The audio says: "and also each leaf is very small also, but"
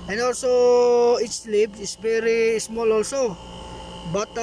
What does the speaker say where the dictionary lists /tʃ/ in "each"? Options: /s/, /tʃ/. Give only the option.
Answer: /s/